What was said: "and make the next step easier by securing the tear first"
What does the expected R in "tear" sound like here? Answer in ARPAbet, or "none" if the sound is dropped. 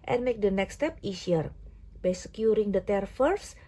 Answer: R